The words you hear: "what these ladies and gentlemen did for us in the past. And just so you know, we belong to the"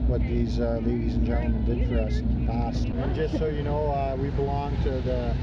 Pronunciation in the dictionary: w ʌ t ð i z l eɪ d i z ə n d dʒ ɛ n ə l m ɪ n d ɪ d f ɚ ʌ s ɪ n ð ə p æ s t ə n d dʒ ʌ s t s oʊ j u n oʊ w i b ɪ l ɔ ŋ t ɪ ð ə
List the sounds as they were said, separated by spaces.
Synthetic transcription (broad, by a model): w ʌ t ð i z l eɪ d i z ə n dʒ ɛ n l m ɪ n d ɪ d f ɚ ʌ s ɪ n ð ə p æ s t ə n dʒ ʌ s t s oʊ j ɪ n oʊ w i b ɪ l ɔ ŋ t ɪ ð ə